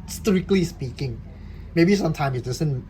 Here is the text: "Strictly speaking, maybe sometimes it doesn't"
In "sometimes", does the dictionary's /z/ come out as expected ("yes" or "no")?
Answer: no